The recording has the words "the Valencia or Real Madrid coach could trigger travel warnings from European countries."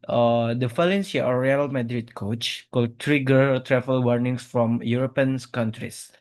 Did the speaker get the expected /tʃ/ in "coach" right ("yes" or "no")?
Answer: yes